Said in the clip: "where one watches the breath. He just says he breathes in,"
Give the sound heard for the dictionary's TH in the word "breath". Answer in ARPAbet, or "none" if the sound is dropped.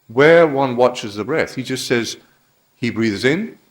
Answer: TH